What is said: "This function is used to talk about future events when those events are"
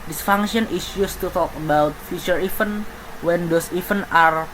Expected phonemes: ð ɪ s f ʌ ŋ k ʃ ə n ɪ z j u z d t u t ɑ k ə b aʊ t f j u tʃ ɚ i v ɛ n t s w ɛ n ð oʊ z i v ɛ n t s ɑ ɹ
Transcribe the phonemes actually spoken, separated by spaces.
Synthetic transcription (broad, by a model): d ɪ s f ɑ ŋ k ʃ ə n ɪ s j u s t u t ɑ k ə b aʊ t f j u tʃ ɚ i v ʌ n w ɛ n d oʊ s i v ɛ n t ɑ ɹ